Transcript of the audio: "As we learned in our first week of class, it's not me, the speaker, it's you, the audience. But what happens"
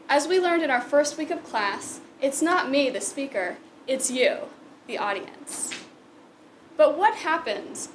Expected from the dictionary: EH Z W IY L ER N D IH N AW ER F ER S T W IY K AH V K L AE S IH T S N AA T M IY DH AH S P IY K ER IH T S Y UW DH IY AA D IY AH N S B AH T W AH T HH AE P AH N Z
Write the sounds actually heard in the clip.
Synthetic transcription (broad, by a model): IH Z W IY L ER N D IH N AW ER F ER S T W IY K AH V K L AE S IH T S N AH T M IY DH AH S P IY K ER IH T S Y UW DH IY AA D IY AH N S B AH T W AH T HH AE P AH N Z